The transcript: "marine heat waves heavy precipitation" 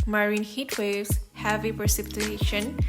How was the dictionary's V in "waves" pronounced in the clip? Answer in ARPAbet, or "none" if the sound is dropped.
none